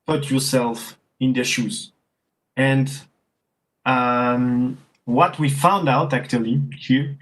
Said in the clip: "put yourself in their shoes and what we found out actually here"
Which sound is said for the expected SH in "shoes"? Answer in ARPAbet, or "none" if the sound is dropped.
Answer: SH